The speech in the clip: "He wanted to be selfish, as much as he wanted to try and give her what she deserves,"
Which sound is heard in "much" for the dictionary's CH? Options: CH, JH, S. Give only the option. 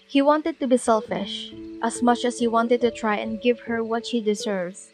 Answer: CH